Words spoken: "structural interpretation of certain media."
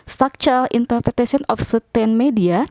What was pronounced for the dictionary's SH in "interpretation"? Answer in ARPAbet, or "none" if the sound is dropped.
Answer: S